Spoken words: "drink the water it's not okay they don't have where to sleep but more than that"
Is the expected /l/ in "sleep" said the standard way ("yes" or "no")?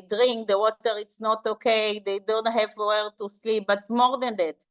yes